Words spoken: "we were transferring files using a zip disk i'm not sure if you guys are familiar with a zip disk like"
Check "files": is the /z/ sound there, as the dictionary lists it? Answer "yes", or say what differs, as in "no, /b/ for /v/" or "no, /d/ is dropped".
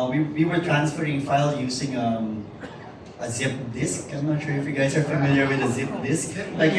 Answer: no, /z/ is dropped